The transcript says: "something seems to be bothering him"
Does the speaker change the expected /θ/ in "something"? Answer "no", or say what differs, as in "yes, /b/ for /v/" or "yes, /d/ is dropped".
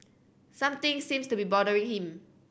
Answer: yes, /t/ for /θ/